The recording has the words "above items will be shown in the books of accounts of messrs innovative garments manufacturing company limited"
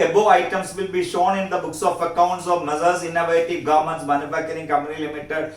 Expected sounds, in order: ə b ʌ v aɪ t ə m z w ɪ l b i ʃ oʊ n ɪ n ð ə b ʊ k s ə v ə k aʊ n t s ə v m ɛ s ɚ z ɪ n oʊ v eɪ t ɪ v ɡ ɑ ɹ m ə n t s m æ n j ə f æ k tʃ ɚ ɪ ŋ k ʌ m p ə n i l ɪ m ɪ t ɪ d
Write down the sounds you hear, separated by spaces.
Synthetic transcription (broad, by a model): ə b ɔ aɪ t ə m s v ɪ l b i ʃ oʊ n ɪ n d ə b ʊ k s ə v ə k aʊ n t s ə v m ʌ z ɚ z ɪ n oʊ v eɪ t ɪ v ɡ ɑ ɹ m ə n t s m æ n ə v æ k ɚ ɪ ŋ k ʌ m p ə n i l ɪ m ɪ t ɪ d